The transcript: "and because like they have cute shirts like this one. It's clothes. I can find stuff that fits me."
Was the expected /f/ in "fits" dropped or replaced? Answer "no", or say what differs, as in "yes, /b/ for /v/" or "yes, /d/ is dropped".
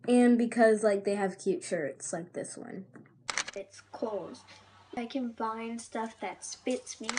yes, /p/ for /f/